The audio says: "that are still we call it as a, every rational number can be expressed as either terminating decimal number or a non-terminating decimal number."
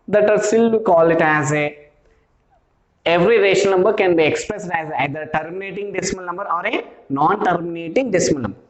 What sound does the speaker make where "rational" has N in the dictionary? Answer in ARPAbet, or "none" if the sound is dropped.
none